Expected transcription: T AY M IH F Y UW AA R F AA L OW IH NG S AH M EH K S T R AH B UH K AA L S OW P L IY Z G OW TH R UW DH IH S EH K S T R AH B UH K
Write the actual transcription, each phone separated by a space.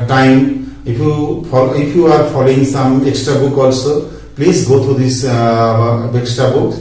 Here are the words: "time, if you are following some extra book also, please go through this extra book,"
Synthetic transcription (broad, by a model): T AY M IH P Y UW AA R P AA L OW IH NG S AH M EH K S T R AH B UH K AA L S OW P L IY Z G OW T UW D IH S EH K S T R AH B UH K